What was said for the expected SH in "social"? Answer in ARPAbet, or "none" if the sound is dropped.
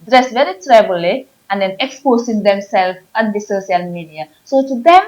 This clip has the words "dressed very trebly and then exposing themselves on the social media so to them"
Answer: S